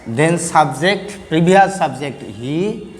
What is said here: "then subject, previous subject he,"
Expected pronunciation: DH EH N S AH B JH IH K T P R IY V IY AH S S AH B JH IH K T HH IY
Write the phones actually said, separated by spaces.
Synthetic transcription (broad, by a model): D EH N S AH B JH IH K T P R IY B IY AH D S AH B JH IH K T HH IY